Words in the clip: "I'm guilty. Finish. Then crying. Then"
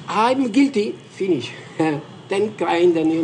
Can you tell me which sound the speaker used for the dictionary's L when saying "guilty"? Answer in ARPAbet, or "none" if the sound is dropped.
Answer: L